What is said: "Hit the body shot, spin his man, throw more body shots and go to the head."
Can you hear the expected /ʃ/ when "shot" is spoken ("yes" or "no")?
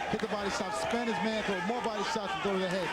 no